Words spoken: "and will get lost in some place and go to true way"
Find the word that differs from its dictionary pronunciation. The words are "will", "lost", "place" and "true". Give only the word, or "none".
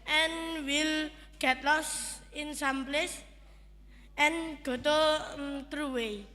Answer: lost